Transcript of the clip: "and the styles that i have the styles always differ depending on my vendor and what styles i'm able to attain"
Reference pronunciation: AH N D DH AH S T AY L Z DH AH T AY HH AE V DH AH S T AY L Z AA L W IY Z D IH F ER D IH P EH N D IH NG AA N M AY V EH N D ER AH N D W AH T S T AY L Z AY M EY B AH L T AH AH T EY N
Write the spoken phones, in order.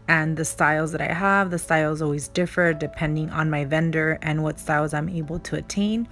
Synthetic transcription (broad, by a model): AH N DH AH S T AY L Z DH AH T AY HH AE V DH AH S T AY L Z AA L W IY Z D IH F ER D IH P EH N D IH NG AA N M AY V EH N D ER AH N W AH T S T AY L Z AY M EY B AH L T AH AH T EY N